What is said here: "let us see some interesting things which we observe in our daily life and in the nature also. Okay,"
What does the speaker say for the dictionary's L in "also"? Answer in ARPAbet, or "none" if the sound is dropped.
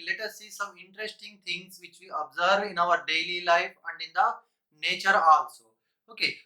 N